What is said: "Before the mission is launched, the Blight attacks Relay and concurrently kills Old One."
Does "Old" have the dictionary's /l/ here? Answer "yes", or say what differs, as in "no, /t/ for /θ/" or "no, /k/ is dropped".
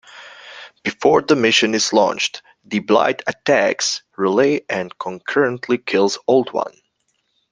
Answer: yes